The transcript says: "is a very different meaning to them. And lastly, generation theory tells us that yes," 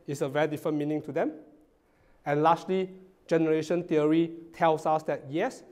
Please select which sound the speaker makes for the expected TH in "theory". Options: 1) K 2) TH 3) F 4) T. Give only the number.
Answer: 4